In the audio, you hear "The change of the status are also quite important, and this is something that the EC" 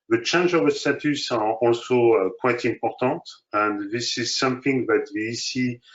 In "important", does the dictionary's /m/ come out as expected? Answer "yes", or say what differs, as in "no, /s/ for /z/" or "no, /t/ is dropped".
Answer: yes